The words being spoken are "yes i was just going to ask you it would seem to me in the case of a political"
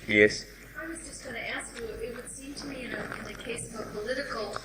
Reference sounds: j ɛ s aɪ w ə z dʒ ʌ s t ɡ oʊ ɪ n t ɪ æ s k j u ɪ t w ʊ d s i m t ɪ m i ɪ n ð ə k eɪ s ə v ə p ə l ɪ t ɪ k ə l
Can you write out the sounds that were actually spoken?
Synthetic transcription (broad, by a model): j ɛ s aɪ w ə z dʒ ʌ s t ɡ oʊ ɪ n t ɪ æ s k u ɪ t w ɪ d s i m t ɪ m i ɪ n ð ə k eɪ s ə v ə p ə l ɪ t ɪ k l